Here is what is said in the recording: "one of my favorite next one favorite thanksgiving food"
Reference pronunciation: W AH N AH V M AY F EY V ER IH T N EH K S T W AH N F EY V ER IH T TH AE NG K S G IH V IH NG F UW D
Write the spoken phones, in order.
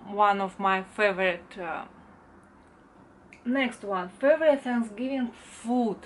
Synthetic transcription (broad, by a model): W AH N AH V M AY F EY V ER IH T N EH K S T W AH N F EY V ER IH T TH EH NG S G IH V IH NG F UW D